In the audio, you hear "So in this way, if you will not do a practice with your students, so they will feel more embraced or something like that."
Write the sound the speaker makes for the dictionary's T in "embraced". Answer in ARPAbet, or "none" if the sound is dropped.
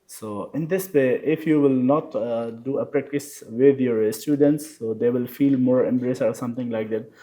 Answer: none